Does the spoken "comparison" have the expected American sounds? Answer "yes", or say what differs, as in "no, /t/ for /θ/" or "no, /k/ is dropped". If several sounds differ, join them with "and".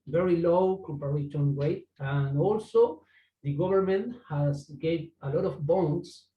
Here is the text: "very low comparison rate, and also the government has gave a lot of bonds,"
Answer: no, /ʃ/ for /s/